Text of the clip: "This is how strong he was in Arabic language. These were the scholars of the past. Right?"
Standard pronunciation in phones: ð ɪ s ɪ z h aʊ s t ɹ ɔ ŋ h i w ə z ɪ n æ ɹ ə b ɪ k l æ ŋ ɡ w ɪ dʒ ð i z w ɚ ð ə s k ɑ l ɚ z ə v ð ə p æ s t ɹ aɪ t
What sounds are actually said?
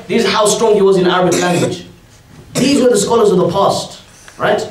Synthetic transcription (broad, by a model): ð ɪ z h aʊ s t ɹ ɔ ŋ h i w ə z ɪ n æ ɹ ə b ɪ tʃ l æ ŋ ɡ w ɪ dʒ ð i z w ɚ ð ə s k ɑ l ɚ z ə v ð ə p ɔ s t ɹ aɪ t